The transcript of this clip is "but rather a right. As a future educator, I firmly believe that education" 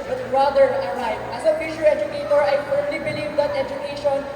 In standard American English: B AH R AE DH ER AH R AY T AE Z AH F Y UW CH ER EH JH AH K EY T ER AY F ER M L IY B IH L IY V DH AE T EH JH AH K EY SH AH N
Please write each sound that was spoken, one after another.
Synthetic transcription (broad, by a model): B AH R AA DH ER AH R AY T AE Z AH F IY SH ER EH JH AH K EY T ER AY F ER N L IY B IH L IY V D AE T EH JH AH K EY SH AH N